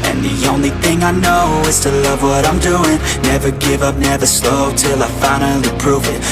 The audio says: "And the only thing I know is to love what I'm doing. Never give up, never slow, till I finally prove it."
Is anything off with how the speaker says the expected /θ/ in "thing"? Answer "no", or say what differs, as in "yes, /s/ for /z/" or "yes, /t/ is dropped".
no